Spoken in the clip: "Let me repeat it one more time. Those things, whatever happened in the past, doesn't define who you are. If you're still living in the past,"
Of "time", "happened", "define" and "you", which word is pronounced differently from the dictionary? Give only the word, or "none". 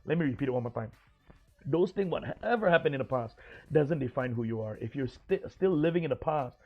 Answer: happened